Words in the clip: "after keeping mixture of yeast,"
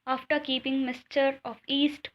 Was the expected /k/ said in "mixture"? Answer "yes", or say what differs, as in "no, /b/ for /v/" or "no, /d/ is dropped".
no, /k/ is dropped